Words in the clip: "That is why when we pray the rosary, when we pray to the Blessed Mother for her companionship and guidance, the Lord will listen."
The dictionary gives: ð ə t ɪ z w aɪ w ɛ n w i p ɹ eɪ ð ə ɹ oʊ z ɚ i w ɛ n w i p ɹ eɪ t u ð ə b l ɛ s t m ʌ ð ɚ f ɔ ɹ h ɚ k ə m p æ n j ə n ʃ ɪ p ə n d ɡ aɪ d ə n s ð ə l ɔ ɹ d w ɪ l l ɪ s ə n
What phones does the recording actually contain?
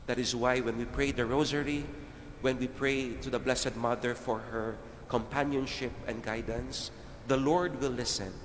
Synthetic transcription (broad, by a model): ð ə t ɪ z w aɪ w ɛ n w i p ɹ eɪ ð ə ɹ oʊ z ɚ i w ɛ n w i p ɹ eɪ t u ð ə b l ɛ s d m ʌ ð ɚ f ɔ ɹ h ɚ k ə m p æ n j ə n ʃ ɪ p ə n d ɡ aɪ d ə n s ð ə l ɔ ɹ d w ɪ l l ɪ s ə n